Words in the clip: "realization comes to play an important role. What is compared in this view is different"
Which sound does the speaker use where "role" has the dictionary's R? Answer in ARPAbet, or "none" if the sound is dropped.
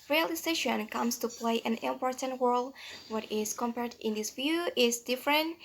W